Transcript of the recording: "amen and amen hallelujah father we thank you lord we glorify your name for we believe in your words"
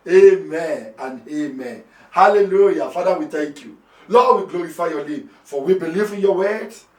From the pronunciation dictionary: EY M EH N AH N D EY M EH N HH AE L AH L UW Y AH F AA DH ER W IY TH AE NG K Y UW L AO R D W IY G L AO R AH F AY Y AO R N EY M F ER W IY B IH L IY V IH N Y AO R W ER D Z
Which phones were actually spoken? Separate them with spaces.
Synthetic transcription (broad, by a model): EY M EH N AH N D EY M EH N HH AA L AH L UW Y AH F AA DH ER W IY T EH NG K Y UW L AO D W IY G L AO R AH F AY Y AO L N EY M F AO W IY B IH L IY V IH N Y AO W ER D